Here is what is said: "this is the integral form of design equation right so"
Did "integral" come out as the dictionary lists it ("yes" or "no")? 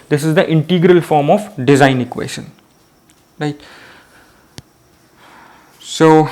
yes